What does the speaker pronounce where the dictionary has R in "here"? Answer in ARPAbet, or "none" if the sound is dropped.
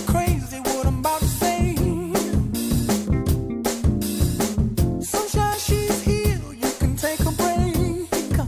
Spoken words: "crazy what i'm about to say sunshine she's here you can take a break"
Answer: L